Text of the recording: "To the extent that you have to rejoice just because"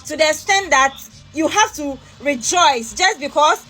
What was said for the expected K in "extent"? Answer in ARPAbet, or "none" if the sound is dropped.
none